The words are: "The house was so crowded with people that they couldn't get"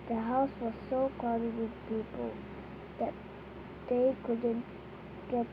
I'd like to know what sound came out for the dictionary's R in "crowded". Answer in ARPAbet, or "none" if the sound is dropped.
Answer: none